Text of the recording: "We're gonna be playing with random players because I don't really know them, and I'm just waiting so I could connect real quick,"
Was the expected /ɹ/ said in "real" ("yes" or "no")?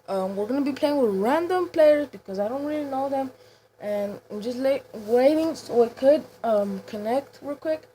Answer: no